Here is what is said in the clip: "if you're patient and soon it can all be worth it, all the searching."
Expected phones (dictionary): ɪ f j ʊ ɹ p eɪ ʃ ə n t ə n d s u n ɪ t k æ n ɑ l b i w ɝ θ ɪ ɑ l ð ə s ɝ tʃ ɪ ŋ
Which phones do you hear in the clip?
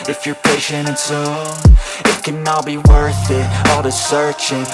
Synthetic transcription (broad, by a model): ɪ f j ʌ ɹ p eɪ ʃ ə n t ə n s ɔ ɪ t k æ n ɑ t b i w ɝ θ ɪ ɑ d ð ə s ɝ tʃ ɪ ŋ